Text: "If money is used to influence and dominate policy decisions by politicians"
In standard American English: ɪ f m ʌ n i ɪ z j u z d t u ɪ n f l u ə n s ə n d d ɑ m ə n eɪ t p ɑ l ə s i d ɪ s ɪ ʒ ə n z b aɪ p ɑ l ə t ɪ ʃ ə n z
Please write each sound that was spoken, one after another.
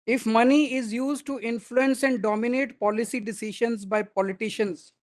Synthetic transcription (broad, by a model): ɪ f m ʌ n i ɪ z j u z d t u ɪ n f l u ə n s ə n d d ɑ m ə n eɪ t p ɑ l ə s i d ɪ s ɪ ʃ ə n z b aɪ p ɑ l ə t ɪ ʃ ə n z